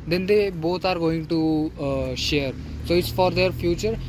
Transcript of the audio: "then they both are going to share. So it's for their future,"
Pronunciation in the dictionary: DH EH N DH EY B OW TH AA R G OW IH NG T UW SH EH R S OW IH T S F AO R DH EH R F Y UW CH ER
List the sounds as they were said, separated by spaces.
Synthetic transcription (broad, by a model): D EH N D EY B OW T AA R G OW IH NG T UW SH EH R S OW IH T S F AO R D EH R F Y UW CH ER